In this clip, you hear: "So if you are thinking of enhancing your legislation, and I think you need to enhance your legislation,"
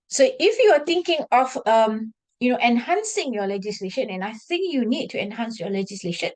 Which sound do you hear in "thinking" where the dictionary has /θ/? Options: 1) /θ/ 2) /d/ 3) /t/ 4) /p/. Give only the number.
3